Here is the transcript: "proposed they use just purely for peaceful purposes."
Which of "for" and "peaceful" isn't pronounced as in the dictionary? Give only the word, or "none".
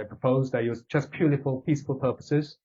for